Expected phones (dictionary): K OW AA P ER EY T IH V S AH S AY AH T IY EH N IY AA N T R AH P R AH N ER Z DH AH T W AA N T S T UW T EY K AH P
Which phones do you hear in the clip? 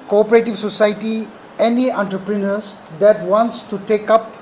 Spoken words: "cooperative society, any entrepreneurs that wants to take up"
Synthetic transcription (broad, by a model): K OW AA P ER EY T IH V S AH S AY T IY EH N IY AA N T R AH P R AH N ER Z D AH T W AA N T S T UW T EY K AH P